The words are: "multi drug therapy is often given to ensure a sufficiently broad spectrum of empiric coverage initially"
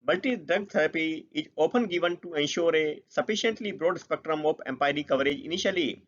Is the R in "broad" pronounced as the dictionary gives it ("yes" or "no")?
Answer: yes